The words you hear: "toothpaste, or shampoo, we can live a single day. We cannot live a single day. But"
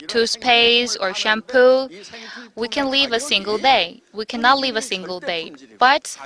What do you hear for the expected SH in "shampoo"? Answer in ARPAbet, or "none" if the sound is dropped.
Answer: SH